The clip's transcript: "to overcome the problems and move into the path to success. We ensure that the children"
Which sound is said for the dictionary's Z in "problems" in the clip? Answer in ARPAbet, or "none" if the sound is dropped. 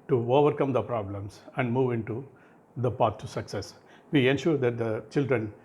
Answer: S